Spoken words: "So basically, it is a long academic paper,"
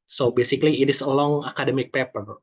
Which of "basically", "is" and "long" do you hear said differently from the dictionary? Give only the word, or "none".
is